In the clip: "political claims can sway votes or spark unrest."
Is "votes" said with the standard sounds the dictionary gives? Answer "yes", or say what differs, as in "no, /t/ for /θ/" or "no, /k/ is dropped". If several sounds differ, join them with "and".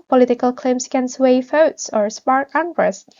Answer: no, /f/ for /v/